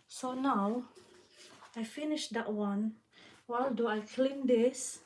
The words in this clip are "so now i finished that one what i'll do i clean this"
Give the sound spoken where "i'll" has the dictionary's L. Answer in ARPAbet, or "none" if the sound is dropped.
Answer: L